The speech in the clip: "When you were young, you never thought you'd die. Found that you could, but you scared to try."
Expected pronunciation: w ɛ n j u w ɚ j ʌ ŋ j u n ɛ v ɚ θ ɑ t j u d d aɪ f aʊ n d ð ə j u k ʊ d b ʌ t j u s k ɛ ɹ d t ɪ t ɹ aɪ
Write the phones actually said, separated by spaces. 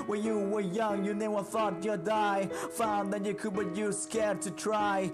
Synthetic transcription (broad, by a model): w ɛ n j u w ɚ j ʌ ŋ j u n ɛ w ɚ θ ɑ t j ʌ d d aɪ f aʊ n ð ə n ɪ k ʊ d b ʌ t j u s k ɛ ɹ d t ɪ t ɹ aɪ